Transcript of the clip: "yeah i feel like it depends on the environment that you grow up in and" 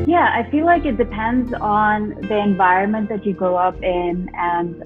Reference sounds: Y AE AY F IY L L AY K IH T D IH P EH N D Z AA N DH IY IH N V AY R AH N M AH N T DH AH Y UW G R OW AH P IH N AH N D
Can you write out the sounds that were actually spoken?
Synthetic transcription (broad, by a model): Y AE AY F IY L L AY K IH T D IH P EH N D Z N DH IY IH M V AY R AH N M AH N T DH AH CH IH G R OW AH P IH N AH N